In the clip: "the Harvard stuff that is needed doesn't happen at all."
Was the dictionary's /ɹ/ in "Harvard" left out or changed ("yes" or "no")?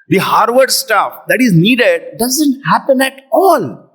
no